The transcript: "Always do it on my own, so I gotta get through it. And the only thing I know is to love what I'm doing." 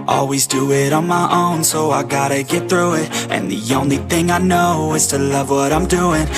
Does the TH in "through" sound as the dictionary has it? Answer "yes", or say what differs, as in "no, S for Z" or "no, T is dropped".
yes